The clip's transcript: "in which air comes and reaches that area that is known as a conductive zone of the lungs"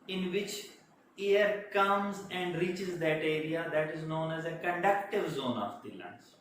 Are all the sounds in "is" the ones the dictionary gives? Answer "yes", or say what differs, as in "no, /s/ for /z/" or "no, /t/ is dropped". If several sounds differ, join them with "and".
yes